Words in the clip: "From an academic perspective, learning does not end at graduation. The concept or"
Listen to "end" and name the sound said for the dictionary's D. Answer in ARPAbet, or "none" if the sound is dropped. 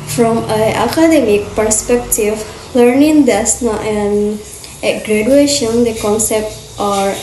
none